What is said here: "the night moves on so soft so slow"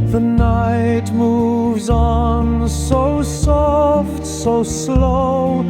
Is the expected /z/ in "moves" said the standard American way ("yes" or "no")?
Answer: yes